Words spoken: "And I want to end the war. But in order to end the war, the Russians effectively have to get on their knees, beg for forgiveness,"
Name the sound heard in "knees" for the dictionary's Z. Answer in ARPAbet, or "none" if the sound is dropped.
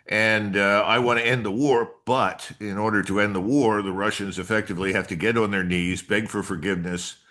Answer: Z